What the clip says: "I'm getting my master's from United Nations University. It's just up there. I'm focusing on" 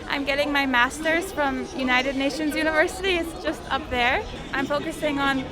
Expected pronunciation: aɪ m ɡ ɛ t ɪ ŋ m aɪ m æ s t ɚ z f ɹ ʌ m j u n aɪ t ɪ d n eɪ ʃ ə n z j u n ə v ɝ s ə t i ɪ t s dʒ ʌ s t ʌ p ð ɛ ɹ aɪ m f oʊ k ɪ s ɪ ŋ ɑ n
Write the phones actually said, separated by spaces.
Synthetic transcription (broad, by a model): aɪ m ɡ ɛ t ɪ ŋ m aɪ m æ s t ɚ z f ɹ ʌ m j u n aɪ t ɪ d n eɪ ʃ ə n z j u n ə v ɝ s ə t i ɪ t s dʒ ʌ s t ʌ p ð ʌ ɹ aɪ m f oʊ k ɪ s ɪ ŋ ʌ n